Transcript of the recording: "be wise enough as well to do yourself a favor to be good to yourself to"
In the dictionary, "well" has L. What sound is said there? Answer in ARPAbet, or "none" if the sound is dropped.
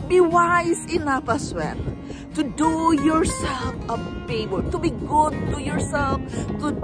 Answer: N